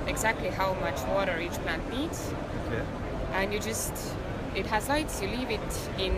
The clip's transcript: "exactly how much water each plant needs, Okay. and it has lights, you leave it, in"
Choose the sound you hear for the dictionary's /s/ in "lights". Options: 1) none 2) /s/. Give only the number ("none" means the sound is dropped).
2